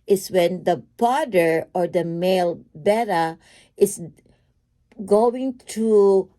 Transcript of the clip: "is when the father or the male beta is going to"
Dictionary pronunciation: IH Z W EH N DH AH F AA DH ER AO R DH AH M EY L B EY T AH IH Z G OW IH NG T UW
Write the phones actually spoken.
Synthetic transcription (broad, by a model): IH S W EH N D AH P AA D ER AO R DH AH M EY L B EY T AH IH S G OW IH NG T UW